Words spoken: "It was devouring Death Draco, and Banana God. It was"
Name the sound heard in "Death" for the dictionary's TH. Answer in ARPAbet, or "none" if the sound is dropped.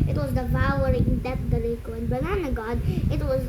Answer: T